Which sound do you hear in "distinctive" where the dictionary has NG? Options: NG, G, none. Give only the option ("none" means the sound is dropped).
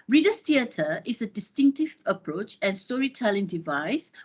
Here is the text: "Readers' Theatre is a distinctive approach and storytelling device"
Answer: NG